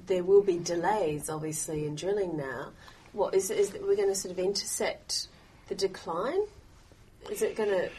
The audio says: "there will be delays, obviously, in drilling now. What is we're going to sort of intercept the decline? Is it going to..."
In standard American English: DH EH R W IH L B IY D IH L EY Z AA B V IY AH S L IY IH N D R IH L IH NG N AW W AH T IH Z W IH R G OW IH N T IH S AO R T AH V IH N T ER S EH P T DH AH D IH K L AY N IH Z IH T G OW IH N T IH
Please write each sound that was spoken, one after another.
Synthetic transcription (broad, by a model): DH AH R W IH L B IY D IH L EY Z AA B V IY AH S L IY IH N D R IH L IH NG N AW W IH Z IH Z W IH R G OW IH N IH S AO R T AH V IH N T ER S EH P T DH AH D IH K L AY N IH Z IH T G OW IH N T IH